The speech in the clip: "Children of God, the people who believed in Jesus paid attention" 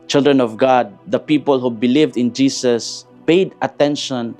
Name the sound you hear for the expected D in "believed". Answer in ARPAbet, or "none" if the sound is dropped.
D